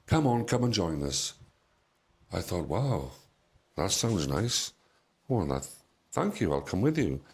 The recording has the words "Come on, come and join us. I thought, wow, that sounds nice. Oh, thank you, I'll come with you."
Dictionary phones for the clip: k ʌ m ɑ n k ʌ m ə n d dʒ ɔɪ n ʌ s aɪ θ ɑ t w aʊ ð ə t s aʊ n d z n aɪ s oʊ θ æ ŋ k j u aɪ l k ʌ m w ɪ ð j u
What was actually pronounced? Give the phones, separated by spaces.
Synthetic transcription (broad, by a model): k ʌ m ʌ n k ʌ m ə n dʒ ɔɪ n ʌ s aɪ θ ɑ t w aʊ ð ə t s aʊ n d z n aɪ s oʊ θ æ ŋ k j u aɪ l k ʌ m w ɪ ð j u